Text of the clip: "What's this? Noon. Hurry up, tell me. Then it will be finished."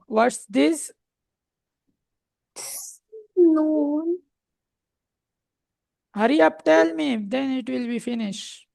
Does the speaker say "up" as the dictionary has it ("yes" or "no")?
yes